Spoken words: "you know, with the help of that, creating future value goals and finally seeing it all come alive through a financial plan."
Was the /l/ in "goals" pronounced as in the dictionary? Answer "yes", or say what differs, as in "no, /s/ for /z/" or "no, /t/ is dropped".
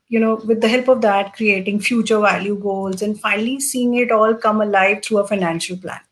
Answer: yes